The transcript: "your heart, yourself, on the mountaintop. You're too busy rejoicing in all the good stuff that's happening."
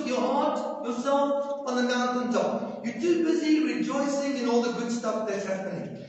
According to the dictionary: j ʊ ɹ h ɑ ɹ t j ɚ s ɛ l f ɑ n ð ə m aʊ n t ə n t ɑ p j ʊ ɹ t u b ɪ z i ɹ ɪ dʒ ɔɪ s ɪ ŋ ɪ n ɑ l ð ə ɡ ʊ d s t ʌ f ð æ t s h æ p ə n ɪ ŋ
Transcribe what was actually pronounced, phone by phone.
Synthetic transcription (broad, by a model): j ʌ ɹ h ɑ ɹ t j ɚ s ɛ l f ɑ n ð ə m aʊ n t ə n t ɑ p j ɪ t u b ɪ z i ɹ ɪ dʒ ɔɪ s ɪ ŋ ɪ n ɑ l ð ə ɡ ʊ d s t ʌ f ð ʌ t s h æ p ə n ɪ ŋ